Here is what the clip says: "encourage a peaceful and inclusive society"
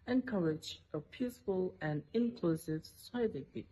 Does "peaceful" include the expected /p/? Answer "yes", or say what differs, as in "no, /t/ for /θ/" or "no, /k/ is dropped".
yes